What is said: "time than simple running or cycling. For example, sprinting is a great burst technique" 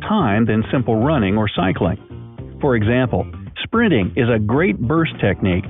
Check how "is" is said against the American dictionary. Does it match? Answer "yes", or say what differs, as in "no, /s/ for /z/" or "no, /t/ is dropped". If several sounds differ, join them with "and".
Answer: yes